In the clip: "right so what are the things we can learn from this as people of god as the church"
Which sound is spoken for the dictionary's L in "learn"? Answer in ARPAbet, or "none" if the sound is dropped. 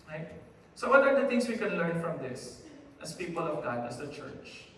L